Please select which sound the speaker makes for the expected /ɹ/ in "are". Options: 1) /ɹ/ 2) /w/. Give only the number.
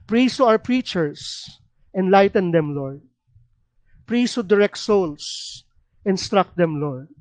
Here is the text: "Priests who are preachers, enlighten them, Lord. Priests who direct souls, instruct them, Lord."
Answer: 2